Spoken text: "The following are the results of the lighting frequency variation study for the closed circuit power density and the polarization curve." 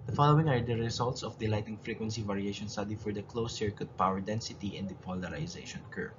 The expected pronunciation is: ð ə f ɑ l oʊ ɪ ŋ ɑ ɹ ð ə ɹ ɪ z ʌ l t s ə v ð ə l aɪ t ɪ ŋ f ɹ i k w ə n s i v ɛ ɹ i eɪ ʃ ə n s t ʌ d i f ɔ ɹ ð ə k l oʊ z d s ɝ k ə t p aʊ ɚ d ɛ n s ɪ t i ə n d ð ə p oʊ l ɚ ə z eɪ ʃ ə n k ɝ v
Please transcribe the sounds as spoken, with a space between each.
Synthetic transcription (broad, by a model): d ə f ɑ l oʊ ɪ ŋ ɑ ɹ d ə ɹ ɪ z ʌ l t s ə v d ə l aɪ t ɪ ŋ f ɹ i k w ə n s i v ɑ ɹ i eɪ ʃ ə n s t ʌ d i f ɔ ɹ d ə k l oʊ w s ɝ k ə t p aʊ ɚ d ɛ n s ɪ t i ə n d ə p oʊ l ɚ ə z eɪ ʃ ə n k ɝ